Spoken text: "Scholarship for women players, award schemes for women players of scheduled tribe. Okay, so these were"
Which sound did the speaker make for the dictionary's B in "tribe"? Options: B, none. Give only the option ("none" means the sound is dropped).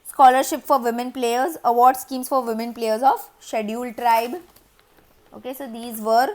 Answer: B